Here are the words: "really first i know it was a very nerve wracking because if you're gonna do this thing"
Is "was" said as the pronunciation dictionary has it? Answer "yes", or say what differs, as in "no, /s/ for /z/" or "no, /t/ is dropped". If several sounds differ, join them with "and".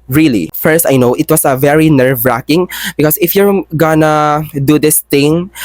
no, /s/ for /z/